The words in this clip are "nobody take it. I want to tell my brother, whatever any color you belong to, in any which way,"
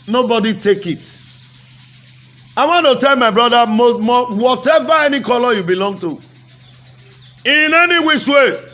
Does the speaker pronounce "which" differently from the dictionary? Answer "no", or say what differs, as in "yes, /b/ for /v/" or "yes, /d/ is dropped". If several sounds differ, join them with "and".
yes, /s/ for /tʃ/